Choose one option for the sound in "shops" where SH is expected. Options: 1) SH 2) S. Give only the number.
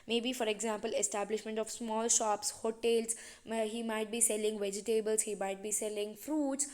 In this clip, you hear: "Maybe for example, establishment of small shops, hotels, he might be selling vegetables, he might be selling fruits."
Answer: 1